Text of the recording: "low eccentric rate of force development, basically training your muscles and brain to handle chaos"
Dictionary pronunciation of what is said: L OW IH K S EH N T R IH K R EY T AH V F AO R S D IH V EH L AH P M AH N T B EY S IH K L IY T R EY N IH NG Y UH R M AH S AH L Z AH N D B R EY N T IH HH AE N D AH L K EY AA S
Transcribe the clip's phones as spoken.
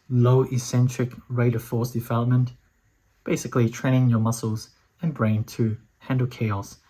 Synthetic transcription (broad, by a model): L OW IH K S EH N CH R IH K R EY T AH V F AO R S D IH V EH L AH P M AH N T B EY S IH K L IY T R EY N IH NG Y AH R M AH S L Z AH N B R EY N T IH HH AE N D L K EY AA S